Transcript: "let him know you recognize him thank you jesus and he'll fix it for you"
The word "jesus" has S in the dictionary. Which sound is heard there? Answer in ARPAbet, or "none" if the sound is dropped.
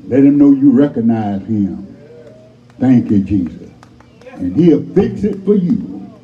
S